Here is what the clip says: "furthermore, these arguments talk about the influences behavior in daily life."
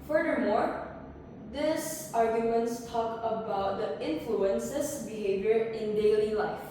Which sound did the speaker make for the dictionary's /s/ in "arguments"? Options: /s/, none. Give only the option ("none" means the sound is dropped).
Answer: /s/